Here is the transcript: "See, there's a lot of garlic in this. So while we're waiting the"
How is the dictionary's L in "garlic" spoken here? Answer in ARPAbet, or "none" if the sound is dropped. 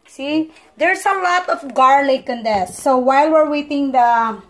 L